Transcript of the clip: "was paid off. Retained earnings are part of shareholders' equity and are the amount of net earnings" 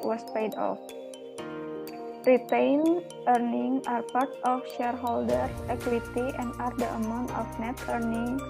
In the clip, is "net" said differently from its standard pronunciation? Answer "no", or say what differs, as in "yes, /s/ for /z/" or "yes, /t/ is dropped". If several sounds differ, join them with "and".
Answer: no